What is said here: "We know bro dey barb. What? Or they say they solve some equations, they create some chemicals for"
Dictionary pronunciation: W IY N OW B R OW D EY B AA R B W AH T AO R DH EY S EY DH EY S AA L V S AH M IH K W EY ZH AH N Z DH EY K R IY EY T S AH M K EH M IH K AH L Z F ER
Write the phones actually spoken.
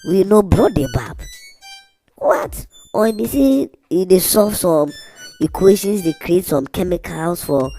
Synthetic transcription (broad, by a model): W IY N OW B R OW D EY B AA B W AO T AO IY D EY S EY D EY S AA V S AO M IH K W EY SH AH N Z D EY K R IY EY T S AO M K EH M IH K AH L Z F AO